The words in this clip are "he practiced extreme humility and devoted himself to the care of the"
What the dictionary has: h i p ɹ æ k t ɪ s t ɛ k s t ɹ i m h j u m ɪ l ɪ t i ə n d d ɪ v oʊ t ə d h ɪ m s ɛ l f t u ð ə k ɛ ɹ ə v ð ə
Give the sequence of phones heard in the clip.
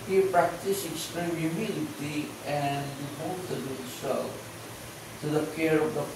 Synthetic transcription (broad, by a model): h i p ɹ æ k t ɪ s ɛ k s t ɹ i m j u m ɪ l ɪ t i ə n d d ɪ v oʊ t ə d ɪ s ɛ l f t u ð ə k ɛ ɹ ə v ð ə